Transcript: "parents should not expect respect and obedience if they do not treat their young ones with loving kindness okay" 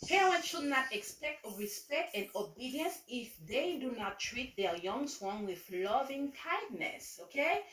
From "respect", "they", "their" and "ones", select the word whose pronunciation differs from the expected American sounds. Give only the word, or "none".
ones